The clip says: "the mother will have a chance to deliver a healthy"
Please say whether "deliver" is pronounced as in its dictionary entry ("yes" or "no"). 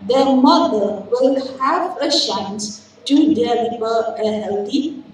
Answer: no